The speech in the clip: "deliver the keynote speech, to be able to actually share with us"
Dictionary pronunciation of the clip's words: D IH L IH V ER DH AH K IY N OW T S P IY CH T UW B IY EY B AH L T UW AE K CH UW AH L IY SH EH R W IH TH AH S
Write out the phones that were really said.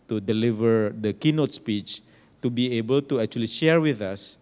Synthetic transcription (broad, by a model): D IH L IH V ER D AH K IY N OW T S P IY CH T UW B IY EY B AH L T UW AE K CH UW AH L IY SH EH R W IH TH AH S